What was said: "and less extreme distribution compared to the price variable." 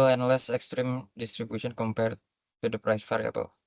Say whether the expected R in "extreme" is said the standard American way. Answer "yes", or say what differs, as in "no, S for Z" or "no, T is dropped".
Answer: yes